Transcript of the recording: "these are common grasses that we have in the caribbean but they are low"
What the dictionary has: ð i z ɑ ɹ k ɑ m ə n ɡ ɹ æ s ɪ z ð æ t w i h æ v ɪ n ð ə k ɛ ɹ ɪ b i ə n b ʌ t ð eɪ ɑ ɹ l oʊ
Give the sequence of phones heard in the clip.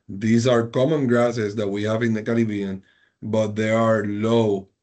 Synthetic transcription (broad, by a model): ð i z ɑ ɹ k ɑ m ə n ɡ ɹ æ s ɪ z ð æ t w i h æ v ɪ n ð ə k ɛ l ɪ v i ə n b ʌ t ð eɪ ɑ ɹ l oʊ